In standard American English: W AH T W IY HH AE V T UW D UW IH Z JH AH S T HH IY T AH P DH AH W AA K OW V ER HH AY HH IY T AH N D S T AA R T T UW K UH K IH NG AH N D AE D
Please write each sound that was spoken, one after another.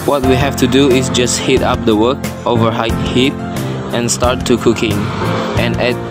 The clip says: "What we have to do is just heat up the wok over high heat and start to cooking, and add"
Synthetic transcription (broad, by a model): W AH T W IY HH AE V T UW D UW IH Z JH AH S T HH IY T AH P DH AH W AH K OW V ER HH AY HH IY T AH N S T AA R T T UW K UH K IH NG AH N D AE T